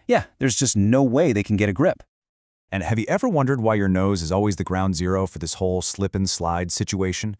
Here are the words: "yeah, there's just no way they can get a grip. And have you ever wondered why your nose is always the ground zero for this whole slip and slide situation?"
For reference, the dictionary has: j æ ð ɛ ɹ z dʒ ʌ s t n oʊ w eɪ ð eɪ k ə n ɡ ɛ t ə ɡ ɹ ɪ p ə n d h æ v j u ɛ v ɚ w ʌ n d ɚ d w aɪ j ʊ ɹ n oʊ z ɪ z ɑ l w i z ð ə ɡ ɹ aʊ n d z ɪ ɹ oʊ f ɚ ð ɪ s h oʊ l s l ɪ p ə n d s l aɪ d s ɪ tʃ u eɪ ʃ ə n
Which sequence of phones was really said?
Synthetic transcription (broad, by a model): j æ ð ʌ ɹ z dʒ ʌ s t n oʊ w eɪ ð eɪ k n ɡ ɛ t ə ɡ ɹ ɪ p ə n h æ v j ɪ ɛ v ɚ w ʌ n d ɚ d w aɪ j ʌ ɹ n oʊ z ɪ z ɑ l w i z ð ə ɡ ɹ aʊ n d z ɪ ɹ oʊ f ɚ ð ɪ s h oʊ l s l ɪ p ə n s l aɪ d s ɪ tʃ u eɪ ʃ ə n